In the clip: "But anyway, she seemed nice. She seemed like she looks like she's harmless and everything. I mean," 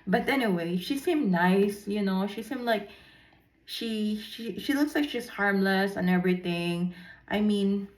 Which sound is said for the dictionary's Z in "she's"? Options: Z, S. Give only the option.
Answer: S